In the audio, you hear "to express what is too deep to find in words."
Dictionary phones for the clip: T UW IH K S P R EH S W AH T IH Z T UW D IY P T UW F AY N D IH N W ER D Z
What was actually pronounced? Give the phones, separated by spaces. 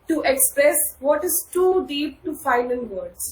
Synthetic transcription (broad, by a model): T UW IH K S P R EH S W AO T IH Z T UW D IY P T UW F AY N IH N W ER D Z